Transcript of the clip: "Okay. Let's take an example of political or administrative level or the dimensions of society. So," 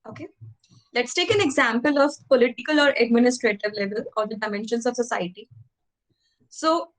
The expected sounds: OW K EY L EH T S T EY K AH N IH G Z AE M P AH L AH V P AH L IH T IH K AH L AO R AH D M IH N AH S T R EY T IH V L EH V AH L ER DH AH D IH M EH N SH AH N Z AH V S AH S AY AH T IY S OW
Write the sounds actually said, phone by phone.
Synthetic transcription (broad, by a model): OW K EY L EH T S T EY K AH N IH G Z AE M P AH L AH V P AH L IH T IH K AH L AO R AH D M IH N AH S T R EY T IH V L EH V AH L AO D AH D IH M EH N SH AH N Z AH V S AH S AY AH T IY S OW